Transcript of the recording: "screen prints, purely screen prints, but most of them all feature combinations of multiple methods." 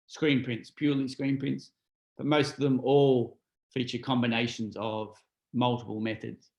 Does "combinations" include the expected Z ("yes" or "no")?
yes